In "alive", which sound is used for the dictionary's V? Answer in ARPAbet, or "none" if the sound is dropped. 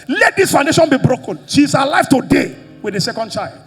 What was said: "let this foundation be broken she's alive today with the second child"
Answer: F